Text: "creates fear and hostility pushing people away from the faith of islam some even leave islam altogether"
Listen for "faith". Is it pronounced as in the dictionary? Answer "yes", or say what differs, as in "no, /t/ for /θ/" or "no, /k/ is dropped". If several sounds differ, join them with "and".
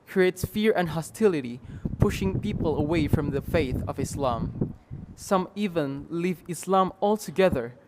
yes